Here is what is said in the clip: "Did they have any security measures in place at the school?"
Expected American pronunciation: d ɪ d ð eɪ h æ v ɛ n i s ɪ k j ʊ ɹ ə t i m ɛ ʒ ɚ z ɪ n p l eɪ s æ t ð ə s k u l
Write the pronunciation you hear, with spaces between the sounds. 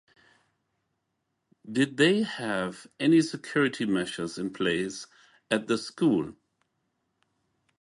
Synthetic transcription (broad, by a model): d ɪ d ð eɪ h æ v ɛ n i s ɪ k j ʊ ɹ ə t i m ɛ ʃ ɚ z ɪ n p l eɪ s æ t ð ə s k u l